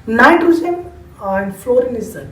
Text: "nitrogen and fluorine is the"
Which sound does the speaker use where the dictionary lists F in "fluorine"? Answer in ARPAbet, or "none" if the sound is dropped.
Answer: F